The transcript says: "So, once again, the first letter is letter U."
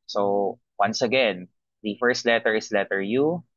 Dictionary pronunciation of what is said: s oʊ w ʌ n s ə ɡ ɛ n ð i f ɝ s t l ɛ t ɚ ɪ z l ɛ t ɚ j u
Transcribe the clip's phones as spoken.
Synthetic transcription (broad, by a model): s oʊ w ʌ n s ə ɡ ɛ n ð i f ɝ s t l ɛ t ɚ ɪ s l ɛ t ɚ j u